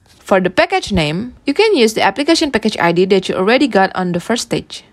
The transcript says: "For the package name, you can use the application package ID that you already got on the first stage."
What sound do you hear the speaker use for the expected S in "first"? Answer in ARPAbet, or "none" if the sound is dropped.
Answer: none